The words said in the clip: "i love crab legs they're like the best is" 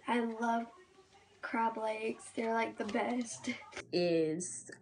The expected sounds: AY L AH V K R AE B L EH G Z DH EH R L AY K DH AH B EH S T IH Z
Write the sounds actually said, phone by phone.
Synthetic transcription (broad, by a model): AY L AH V K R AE B L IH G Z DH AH R L AY K DH AH B EH S T IH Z